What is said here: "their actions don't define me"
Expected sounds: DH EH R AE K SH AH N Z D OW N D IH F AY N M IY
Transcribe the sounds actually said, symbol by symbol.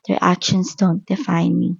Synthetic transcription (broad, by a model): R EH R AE K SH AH N S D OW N D IH F AY N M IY